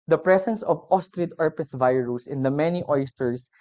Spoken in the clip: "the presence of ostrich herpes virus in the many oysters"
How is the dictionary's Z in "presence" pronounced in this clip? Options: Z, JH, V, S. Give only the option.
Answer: S